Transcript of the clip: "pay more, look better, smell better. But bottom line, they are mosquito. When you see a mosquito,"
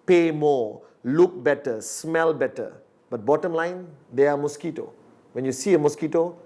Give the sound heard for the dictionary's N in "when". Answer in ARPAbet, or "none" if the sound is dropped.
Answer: N